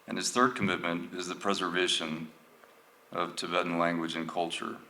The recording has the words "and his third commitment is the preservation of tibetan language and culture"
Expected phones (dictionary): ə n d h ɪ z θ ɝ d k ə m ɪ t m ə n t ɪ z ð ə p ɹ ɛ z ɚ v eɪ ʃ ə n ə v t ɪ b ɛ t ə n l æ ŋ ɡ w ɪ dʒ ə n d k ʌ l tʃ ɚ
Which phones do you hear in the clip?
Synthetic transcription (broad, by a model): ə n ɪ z θ ɝ d k ə m ɪ t m ə n t ɪ z ð ə p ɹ ɛ z ɚ v eɪ ʃ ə n ə v t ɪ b ɛ t n l æ ŋ ɡ w ɪ dʒ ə n k ʌ l tʃ ɚ